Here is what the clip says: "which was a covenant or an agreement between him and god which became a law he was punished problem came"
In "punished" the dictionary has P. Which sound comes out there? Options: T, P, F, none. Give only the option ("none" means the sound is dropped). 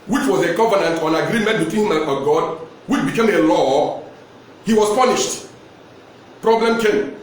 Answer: P